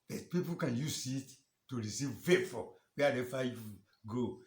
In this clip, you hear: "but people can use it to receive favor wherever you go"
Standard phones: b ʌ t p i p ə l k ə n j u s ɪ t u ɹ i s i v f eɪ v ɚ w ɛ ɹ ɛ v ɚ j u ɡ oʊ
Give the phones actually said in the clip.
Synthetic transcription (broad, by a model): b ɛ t p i p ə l k ə n j u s ɪ t u ɹ i s i v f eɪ f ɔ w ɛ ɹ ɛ f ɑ j u ɡ oʊ